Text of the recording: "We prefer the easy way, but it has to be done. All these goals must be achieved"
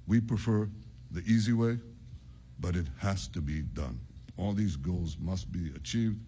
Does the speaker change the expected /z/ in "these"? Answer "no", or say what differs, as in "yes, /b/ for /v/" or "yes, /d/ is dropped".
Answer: no